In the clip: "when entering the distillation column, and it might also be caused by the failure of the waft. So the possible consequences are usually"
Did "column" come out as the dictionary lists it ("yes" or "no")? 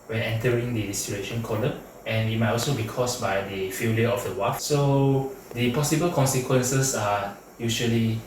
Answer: no